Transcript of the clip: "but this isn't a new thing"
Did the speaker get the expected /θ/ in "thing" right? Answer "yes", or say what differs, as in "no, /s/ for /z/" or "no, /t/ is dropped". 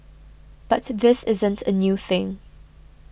yes